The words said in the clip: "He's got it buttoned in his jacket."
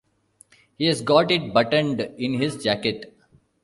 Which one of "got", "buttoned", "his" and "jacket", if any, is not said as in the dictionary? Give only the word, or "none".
none